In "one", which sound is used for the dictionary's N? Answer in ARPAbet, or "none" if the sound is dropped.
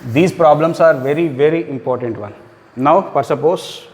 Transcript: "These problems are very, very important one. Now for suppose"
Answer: L